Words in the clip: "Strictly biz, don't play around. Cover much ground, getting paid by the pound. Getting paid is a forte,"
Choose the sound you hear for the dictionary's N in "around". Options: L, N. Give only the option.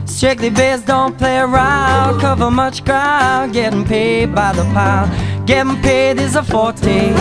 L